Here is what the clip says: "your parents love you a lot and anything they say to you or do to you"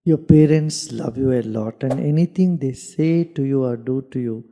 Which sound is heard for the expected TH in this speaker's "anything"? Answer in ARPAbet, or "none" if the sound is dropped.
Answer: T